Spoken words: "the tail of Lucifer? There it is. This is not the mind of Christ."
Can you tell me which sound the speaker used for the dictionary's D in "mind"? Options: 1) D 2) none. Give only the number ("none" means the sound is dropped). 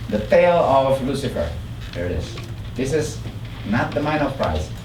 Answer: 2